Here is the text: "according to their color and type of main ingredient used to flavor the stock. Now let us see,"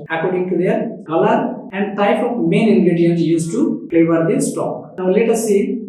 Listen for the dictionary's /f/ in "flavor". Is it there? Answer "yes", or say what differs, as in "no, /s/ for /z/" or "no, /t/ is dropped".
no, /p/ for /f/